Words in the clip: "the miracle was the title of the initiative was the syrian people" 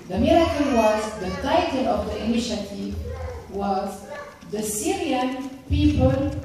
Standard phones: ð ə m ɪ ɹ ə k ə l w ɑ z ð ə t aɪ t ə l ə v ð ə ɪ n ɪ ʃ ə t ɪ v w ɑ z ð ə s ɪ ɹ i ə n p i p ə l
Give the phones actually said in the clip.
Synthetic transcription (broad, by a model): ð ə m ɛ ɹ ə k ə n w ɑ z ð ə t aɪ t ə l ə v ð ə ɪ n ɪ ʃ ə t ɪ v w ɑ z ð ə s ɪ ɹ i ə n p i p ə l